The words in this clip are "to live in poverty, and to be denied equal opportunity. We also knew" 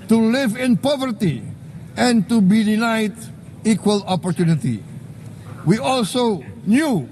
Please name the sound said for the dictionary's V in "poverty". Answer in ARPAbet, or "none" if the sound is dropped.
V